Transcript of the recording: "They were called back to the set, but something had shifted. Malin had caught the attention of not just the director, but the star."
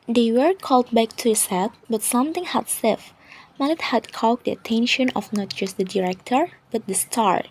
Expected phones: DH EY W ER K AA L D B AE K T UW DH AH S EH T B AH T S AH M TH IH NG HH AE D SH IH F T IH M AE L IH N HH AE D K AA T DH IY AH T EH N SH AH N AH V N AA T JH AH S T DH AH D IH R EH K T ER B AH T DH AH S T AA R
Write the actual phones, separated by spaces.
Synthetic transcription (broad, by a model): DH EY W ER K AA L D B AE K T UW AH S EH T B AH T S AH M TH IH NG HH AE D S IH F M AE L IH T HH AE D K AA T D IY AH T EH N SH AH N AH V N AA T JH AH S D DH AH D IH R EH K T ER B AH T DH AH S T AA R